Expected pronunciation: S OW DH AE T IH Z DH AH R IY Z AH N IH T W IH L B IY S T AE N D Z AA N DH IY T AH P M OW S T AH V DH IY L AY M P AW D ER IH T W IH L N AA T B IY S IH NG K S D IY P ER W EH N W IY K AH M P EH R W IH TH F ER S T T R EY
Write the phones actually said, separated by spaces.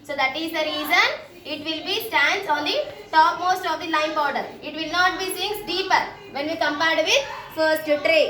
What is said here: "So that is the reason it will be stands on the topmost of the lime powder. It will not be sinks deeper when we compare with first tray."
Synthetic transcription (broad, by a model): S OW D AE T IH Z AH R IY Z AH N IH T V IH L B IY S T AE N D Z AA N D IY T AH P M OW S T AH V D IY L AY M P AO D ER IH T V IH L N AA T B IY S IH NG S D IY P ER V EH N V IY K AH M P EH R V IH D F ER S T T R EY